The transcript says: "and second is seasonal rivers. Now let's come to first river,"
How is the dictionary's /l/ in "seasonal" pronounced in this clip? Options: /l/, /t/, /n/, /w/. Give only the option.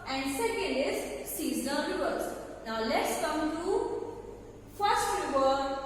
/n/